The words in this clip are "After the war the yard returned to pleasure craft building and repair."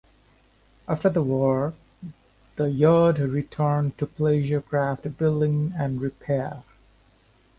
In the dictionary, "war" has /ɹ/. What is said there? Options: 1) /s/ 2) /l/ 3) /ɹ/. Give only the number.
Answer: 3